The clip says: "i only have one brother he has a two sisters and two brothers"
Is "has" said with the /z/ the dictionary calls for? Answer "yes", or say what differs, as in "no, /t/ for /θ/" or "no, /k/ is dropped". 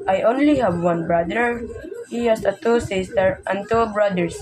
no, /s/ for /z/